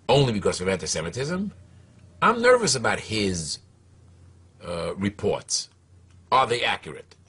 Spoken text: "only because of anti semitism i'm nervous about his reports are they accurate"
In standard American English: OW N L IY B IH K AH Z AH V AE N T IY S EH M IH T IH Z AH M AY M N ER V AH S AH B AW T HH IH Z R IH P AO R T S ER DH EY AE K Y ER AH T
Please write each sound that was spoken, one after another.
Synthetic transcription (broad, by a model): OW N L IY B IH K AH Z AH V AE N T IY S EH M IH T IH Z AH M AY M N ER V AH S AH B AW T HH IH Z R IH P AO R T S ER DH EY AE K Y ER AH T